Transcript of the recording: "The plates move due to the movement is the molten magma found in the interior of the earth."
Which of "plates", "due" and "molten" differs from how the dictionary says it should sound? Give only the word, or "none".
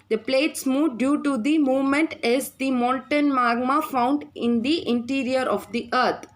molten